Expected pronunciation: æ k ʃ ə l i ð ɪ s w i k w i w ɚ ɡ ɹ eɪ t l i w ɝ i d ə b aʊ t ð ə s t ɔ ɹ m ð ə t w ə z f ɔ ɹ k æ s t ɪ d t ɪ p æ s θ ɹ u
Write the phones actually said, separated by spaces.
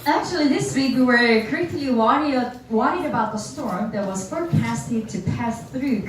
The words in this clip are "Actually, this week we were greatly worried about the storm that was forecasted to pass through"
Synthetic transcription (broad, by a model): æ k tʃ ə l i ð ɪ s w i k w i w ɚ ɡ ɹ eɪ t w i w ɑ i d ə b aʊ t ð ə s t ɔ ɹ m ð ə t w ə z f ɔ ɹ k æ s t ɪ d t ɪ p æ s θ ɹ u